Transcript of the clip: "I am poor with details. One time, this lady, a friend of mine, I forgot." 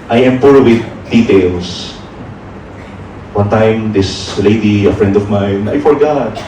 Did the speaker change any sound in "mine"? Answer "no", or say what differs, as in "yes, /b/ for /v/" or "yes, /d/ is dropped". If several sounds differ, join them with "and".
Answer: no